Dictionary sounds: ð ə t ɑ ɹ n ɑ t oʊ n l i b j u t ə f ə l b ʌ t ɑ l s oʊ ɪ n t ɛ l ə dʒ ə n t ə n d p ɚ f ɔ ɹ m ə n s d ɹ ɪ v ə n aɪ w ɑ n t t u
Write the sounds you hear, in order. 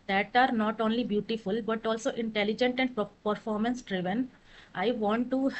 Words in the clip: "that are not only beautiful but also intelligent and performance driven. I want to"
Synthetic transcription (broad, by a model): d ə t ɑ ɹ n ɑ t oʊ n l i b j u t ə f ə l b ʌ t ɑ l s oʊ ɪ n t ɛ l ə dʒ ə n t ə n d p ɚ f ɔ ɹ m ə n s d ɹ ɪ v ə n aɪ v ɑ n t t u